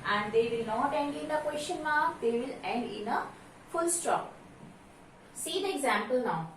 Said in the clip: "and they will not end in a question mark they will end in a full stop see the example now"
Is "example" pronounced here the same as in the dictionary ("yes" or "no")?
yes